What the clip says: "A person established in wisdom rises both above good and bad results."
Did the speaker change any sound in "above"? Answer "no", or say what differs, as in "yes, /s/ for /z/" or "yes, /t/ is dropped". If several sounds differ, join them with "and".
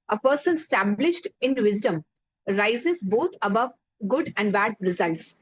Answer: no